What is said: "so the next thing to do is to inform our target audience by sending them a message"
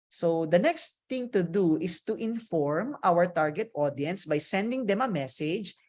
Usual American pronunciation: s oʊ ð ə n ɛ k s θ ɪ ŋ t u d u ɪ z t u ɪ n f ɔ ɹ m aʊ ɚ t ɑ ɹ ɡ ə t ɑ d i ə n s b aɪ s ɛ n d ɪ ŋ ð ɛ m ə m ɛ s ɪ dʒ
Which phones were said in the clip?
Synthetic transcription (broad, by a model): s oʊ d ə n ɛ k s t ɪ ŋ t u d u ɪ s t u ɪ n f ɔ ɹ m aʊ ɚ t ɑ ɹ ɡ ə t ɑ d i ə n s b aɪ s ɛ n d ɪ ŋ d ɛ m ə m ɛ s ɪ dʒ